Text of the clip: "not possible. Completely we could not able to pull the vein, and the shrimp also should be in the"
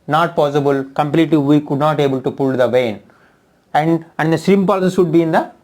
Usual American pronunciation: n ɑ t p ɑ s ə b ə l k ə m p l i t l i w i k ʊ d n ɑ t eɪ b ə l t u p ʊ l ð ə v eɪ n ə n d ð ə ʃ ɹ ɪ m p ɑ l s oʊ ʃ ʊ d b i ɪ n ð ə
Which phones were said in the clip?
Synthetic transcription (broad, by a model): n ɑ t p ɑ s ə b ə l k ə m p l i t l i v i k ʊ d n ɑ t eɪ b ə l t u p ʊ l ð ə v eɪ n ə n d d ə s ɹ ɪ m p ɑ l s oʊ s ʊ d b i ɪ n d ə